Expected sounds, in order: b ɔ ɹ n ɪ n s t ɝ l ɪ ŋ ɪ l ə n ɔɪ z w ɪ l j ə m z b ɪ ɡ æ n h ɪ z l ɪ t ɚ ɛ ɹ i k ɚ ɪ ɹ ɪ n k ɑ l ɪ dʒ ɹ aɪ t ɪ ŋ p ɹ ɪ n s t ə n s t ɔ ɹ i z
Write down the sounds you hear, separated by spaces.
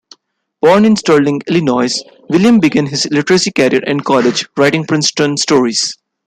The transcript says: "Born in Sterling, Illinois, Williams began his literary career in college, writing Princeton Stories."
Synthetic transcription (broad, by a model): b ɔ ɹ n ɪ n s t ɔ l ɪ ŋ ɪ l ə n ɔɪ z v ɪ l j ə m b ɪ ɡ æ n h ɪ z l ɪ t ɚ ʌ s i k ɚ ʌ ɹ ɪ n k ɑ l ɪ dʒ ɹ aɪ t ɪ ŋ p ɹ ɪ n s t ə n s t ɔ ɹ i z